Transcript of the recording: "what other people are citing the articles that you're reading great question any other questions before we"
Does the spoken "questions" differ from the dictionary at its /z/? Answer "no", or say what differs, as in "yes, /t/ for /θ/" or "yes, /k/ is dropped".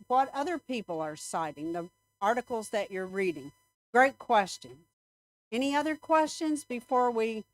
no